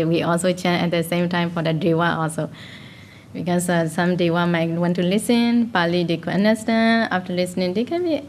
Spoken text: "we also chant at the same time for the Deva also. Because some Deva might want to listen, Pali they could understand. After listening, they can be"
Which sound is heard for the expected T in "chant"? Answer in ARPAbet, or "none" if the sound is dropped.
none